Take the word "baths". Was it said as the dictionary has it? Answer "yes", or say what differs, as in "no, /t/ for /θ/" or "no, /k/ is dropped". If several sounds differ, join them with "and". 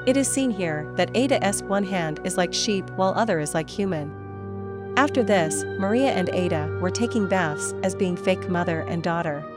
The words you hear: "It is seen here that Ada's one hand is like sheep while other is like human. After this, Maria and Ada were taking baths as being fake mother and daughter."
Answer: yes